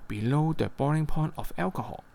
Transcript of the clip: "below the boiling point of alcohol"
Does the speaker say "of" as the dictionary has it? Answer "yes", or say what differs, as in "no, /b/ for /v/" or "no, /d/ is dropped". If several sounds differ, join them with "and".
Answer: no, /f/ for /v/